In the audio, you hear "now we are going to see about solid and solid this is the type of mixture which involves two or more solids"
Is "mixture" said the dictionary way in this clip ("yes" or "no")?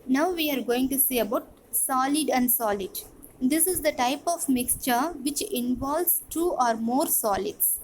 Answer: yes